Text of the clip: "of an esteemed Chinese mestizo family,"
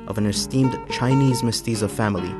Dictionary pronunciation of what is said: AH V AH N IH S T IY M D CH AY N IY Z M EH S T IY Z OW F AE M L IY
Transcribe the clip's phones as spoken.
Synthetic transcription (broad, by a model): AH V AH N IH S T IY M D CH AY N IY Z M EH S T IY Z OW F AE M L IY